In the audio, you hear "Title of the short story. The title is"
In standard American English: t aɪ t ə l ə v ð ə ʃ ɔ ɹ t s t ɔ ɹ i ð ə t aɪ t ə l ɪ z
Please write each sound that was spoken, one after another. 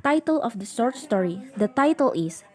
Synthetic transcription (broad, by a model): t aɪ t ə l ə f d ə s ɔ ɹ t s t ɔ ɹ i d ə t aɪ t ə l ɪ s